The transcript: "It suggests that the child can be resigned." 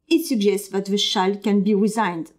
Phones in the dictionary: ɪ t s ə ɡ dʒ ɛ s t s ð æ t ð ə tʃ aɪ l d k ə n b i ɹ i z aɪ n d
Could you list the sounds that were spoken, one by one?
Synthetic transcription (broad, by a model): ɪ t s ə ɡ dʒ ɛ s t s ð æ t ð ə ʃ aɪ l k ə n b i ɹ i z aɪ n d